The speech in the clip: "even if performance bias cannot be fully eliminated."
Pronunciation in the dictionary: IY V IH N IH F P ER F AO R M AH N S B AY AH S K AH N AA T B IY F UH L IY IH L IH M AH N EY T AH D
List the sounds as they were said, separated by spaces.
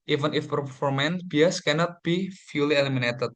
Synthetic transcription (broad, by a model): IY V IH N IH F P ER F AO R M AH N B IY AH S K AH N AA T B IY F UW L IY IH L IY M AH N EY T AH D